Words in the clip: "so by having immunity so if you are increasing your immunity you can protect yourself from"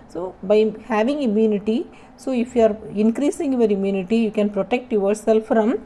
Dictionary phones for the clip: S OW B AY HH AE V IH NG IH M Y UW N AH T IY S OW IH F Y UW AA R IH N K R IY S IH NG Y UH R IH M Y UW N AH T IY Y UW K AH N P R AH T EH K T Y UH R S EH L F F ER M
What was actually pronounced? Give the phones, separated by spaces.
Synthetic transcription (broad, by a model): S OW B AY HH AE V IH NG IH M Y UW N AH T IY S OW IH F Y UW AA R IH N K R IY S IH NG Y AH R IH M Y UW N AH T IY Y UW K AH N P R AH T EH K T Y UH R S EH L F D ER M